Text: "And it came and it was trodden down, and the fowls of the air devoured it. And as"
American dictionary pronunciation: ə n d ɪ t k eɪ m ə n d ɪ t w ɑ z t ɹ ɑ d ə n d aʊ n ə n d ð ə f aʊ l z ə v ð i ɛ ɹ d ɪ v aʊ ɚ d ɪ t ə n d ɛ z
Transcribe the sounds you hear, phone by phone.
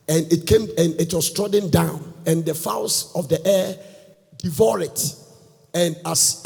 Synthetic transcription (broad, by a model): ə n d ɪ t k eɪ m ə n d ɪ t w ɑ s t ɹ ɑ d ə n d aʊ n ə n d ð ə f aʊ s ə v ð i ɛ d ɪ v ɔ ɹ ɪ t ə n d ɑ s